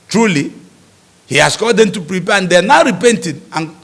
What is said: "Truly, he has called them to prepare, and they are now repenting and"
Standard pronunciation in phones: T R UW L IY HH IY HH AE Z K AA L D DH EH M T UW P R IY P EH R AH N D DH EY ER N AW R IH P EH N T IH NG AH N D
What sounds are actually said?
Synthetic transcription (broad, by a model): T R UW L IY HH IY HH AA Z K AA D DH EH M T UW P R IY P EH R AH N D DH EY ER N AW R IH P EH N T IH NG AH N